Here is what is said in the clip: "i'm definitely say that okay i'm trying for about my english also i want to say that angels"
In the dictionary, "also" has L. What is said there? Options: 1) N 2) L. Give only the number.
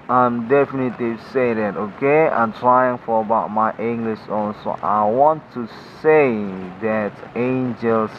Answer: 1